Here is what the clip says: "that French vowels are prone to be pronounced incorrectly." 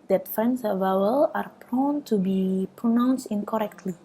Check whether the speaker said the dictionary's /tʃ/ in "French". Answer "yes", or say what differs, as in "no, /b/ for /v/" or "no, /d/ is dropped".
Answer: no, /s/ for /tʃ/